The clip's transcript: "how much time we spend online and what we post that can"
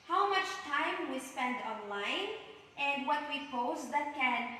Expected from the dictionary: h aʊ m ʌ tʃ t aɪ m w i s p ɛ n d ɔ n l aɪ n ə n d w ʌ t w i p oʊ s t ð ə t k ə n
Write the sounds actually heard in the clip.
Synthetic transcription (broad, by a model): h aʊ m ʌ tʃ t aɪ m w i s p ɛ n d ɔ n l aɪ n ə n d w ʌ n w i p oʊ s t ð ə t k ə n